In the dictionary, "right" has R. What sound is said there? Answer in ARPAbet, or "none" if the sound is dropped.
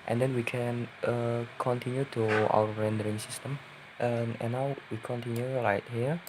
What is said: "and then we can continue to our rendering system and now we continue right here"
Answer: L